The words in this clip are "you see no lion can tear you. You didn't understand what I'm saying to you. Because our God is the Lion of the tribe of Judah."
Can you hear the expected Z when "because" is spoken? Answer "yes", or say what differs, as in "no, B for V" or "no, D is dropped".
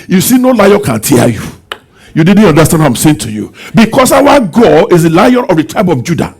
no, S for Z